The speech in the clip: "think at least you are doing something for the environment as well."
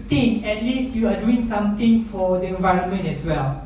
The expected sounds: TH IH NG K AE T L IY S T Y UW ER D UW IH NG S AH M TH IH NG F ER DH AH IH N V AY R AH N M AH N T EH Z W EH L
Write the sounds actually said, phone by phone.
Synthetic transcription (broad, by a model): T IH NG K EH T L IY S T Y UW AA D UW IH NG S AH M T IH NG F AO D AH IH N V AY R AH N M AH N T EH S W EH L